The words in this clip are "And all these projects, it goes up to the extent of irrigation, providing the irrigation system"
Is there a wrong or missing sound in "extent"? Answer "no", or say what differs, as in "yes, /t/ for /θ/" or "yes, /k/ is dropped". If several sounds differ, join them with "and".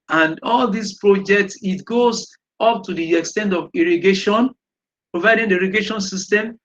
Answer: no